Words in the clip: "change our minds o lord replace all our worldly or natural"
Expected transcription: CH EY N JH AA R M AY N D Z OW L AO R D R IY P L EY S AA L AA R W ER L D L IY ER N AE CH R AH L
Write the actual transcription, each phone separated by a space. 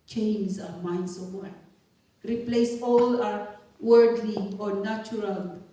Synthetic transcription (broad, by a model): CH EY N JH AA M AY N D S OW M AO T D R IY P L EY S AA L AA W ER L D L IY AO N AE CH R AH L